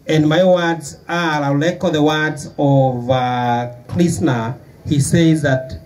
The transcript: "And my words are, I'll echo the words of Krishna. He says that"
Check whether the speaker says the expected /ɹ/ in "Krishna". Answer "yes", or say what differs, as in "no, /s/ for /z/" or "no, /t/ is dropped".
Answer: no, /l/ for /ɹ/